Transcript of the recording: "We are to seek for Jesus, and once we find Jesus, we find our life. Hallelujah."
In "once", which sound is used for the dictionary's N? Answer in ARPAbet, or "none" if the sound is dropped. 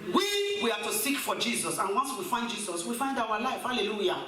N